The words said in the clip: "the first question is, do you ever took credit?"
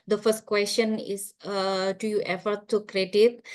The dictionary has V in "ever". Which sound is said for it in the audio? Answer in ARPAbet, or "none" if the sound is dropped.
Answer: F